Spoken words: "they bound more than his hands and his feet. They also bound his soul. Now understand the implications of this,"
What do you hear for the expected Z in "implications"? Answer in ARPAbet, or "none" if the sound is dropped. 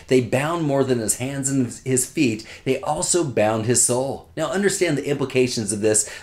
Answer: Z